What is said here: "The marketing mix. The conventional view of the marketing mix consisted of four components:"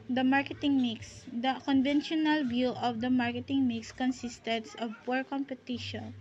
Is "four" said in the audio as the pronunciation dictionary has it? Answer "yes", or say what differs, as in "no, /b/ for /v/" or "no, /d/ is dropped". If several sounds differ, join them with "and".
no, /p/ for /f/